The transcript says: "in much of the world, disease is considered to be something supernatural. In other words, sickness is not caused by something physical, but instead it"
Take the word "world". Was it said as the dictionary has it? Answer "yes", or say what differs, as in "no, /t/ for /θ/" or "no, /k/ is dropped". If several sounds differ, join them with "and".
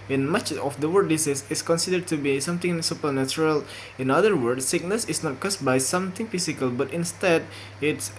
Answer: no, /l/ is dropped